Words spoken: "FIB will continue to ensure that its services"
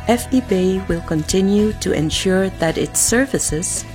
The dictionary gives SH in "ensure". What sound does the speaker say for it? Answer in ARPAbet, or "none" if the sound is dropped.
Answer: SH